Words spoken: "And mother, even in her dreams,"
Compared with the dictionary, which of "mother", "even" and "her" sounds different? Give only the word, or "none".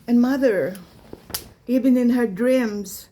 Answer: even